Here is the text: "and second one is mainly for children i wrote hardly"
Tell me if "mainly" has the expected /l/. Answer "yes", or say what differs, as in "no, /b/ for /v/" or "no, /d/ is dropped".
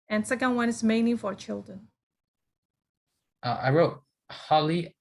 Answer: no, /l/ is dropped